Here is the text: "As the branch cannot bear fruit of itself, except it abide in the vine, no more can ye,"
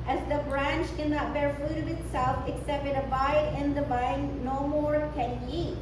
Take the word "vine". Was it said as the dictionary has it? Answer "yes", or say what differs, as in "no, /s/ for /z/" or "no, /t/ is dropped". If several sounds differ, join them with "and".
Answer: no, /b/ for /v/